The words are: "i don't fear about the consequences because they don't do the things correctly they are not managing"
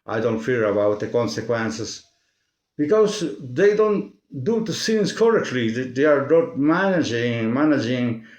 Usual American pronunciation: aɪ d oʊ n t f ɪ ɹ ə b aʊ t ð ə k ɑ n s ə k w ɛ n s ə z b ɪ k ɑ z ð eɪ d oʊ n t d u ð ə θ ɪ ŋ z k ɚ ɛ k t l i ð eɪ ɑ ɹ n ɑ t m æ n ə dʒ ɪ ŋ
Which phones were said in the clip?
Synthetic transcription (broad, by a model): aɪ d oʊ n t f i ɹ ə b aʊ t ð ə k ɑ n s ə k w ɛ n s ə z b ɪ k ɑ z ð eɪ d oʊ n t d u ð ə s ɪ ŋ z k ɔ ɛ k t l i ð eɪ ɑ ɹ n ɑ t m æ n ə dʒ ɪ ŋ